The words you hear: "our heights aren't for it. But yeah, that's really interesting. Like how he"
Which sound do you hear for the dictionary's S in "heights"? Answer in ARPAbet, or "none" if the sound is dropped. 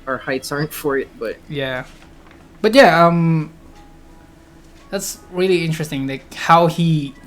none